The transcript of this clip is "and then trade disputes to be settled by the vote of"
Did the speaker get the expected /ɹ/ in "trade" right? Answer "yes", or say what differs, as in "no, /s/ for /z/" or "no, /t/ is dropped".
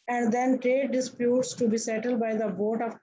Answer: yes